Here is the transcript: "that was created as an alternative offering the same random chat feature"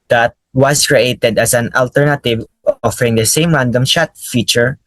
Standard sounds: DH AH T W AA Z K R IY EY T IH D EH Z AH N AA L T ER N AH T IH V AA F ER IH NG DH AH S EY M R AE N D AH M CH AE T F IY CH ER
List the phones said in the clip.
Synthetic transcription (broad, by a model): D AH T W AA S K R IY EY T IH D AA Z AH N AA L T ER N AH T IH V AA F ER IH NG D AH S EY M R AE N D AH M SH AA T F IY CH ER